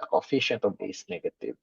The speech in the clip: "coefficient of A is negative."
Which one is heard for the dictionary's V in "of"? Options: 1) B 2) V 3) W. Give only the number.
1